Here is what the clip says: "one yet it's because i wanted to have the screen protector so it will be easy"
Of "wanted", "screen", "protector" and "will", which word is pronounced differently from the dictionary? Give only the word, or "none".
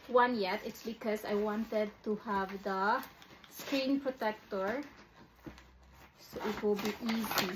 none